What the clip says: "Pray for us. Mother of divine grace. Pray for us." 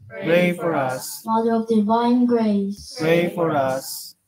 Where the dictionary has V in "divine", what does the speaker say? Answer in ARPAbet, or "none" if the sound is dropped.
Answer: V